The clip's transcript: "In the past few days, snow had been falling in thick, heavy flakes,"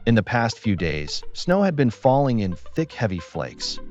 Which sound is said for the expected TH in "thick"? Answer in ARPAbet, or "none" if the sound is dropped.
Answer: TH